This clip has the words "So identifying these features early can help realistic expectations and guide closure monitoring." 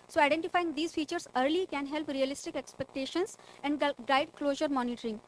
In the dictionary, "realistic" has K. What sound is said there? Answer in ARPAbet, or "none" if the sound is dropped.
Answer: K